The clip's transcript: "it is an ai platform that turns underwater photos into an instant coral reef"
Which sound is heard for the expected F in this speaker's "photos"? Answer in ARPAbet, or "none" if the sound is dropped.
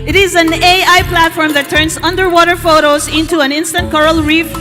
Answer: F